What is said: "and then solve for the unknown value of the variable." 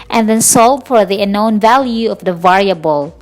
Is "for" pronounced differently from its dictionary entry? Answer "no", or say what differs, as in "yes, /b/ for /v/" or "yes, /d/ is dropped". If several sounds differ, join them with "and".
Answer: no